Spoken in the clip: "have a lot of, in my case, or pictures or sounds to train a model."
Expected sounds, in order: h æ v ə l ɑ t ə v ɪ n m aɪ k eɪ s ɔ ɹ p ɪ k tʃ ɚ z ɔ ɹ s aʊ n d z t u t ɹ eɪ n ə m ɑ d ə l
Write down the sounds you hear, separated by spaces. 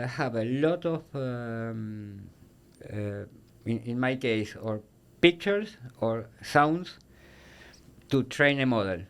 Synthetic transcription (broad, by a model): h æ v ə l ɑ t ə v ɪ n m aɪ k eɪ s ɔ ɹ p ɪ k tʃ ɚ s ɔ ɹ s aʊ n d s t u t ɹ eɪ n ə m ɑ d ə l